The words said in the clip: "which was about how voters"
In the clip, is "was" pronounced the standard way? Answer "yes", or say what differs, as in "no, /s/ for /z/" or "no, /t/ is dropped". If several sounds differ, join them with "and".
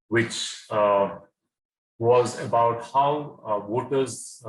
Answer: yes